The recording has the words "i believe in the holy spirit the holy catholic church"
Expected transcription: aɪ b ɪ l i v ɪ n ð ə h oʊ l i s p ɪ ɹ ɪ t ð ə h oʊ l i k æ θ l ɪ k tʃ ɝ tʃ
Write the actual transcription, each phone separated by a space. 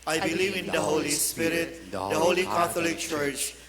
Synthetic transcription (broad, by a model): aɪ b ɪ l i v ɪ n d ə h oʊ l i s p ɪ ɹ ɪ t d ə h oʊ l i k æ t l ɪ k tʃ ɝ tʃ